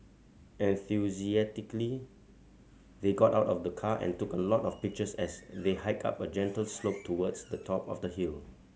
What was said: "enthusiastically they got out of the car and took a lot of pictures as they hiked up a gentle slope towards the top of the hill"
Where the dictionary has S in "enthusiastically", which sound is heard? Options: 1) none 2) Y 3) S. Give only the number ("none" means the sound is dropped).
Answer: 1